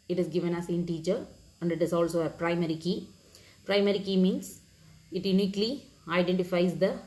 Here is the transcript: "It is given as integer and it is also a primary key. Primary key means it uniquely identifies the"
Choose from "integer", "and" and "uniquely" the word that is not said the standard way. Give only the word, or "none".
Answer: integer